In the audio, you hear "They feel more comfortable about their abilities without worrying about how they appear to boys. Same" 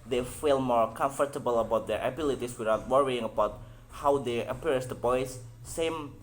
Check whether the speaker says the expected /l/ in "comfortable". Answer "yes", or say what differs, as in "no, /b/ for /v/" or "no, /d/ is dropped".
yes